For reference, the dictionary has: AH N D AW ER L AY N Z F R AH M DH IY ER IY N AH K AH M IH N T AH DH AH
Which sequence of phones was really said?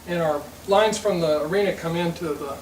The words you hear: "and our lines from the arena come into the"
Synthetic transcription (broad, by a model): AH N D AW ER L AY N Z F R AH M DH IY ER IY N AH K AH M IH N T AH DH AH